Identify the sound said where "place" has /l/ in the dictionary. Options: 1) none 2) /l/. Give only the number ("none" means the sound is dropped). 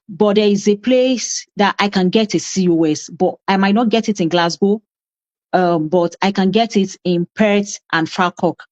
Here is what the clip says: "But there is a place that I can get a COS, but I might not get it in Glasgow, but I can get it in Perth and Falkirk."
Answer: 2